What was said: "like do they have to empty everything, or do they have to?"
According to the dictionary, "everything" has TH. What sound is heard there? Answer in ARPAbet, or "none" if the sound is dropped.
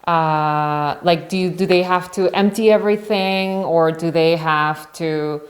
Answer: TH